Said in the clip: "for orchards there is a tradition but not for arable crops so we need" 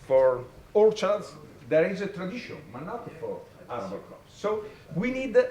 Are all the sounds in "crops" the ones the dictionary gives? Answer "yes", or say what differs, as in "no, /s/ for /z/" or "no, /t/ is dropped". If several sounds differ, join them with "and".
no, /ɹ/ is dropped